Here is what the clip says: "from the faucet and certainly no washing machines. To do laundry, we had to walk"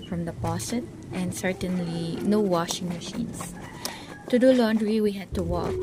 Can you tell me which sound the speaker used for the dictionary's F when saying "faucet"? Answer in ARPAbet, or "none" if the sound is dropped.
P